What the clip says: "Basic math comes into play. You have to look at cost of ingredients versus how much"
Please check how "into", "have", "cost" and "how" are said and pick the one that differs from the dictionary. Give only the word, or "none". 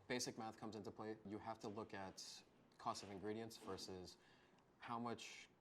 have